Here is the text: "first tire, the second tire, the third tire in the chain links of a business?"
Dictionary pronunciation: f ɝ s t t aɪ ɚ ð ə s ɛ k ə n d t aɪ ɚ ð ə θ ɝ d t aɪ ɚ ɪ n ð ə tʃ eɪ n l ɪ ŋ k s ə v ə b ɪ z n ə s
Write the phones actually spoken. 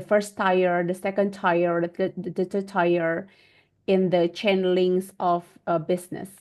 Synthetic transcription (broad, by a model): f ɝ s t t aɪ ɚ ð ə s ɛ k ə n d t aɪ ɚ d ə t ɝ t aɪ ɚ ɪ n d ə tʃ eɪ n l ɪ ŋ s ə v b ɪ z n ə s